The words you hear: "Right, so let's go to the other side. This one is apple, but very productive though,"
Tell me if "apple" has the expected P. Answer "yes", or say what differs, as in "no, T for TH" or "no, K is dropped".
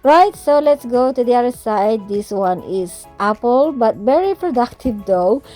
yes